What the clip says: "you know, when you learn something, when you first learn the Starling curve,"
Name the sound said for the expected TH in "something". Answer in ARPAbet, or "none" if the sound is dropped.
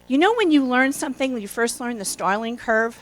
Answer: TH